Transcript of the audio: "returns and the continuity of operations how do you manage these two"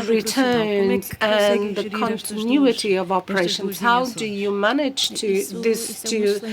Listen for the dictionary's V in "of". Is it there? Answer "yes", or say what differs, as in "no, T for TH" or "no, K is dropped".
yes